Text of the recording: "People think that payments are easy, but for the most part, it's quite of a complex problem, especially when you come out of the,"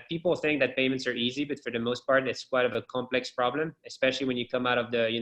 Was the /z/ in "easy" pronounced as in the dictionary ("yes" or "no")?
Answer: yes